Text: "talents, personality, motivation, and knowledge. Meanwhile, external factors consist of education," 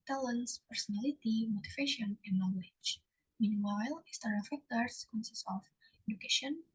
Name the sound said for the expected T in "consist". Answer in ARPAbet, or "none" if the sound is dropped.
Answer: none